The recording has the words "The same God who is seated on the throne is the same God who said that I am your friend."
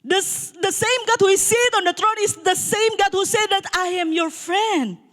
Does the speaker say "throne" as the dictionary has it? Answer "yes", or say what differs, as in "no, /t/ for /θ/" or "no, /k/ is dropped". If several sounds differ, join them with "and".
no, /t/ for /θ/